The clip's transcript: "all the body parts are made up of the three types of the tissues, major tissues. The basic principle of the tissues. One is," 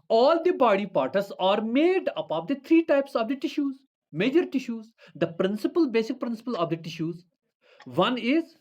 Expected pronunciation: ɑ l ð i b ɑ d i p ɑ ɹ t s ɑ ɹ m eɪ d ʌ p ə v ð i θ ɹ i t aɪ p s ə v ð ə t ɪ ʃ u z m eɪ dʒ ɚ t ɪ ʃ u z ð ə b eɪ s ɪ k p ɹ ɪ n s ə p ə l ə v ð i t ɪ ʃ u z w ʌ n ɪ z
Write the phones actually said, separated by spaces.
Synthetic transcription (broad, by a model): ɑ l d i b ɑ d i p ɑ ɹ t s ɑ ɹ m eɪ d ʌ p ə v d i t ɹ i t aɪ p s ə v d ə t ɪ ʃ u z m eɪ dʒ ɚ t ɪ ʃ u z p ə b eɪ s ɪ k p ɹ ɪ n s ə p ə l ə v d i t ɪ ʃ u z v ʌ n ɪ z